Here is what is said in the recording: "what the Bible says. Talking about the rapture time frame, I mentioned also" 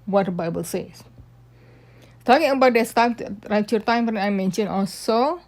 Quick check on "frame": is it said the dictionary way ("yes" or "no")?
no